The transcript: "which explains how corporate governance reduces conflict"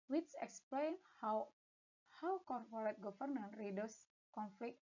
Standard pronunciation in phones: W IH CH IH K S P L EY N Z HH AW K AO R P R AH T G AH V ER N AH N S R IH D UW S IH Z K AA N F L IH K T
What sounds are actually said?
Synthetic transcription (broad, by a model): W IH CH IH K S P L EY N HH HH AW K AO R P R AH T G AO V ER N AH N R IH D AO S K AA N F L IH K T